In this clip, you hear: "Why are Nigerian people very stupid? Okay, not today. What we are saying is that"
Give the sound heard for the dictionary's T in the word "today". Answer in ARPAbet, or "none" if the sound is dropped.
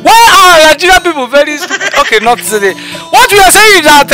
S